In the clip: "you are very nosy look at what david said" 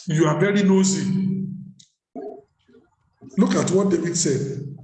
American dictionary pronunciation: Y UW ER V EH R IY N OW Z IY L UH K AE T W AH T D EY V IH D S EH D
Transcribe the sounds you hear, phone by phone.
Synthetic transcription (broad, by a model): Y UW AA B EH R IY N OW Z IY L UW K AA T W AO D EY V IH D S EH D